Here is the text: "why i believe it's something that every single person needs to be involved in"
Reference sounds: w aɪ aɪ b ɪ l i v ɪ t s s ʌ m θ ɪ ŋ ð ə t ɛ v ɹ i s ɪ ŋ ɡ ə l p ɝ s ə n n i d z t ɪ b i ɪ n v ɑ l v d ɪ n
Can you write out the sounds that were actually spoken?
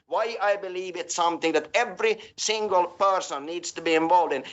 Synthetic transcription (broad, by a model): w aɪ aɪ b ɪ l i v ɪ t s s ʌ m θ ɪ ŋ ð ə t ɛ v ɹ i s ɪ ŋ ɡ ə l p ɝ s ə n n i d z t ɪ b i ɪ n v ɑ l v d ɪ n